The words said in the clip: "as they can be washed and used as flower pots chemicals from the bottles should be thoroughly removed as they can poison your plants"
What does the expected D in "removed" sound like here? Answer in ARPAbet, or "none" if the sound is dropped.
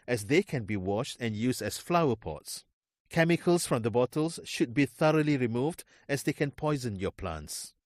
D